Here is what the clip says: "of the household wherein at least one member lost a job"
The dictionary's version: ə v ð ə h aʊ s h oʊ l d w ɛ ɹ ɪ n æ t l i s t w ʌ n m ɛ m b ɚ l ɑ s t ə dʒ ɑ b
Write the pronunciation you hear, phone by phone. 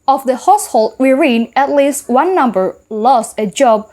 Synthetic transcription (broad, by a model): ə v ð ə h aʊ s h oʊ l d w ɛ ɹ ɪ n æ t l i s t w ʌ n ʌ m b ɚ l ɑ s t ə dʒ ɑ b